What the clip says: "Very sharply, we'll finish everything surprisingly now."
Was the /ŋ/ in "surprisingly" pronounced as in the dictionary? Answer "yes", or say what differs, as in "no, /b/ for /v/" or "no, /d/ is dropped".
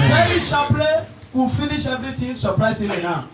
no, /ŋ/ is dropped